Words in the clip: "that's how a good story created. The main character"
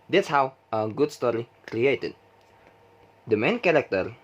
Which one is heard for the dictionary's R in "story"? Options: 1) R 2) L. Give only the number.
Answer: 1